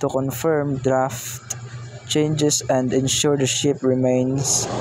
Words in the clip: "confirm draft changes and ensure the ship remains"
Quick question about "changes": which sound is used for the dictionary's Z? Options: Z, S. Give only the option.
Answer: S